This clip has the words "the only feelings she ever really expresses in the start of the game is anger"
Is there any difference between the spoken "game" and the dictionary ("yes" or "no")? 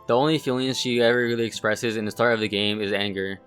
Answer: no